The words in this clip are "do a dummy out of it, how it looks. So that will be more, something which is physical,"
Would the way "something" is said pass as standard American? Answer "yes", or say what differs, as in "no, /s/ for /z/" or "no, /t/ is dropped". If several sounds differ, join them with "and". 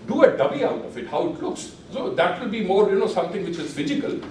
no, /t/ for /θ/